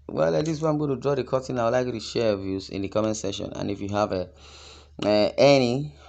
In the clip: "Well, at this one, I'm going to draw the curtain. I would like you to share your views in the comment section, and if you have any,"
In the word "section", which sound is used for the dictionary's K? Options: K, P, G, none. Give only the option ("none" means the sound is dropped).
none